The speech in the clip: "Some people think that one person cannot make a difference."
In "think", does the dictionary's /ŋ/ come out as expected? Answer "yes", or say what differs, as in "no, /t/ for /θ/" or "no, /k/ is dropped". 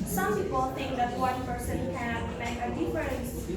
yes